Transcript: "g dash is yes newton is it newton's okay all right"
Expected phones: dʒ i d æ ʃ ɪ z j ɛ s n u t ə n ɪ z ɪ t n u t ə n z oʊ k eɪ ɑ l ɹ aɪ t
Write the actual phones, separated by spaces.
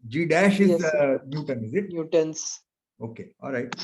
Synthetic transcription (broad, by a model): dʒ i d æ ʃ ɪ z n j u t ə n ɪ z ɪ t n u t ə n s oʊ k eɪ ɑ l ɹ aɪ t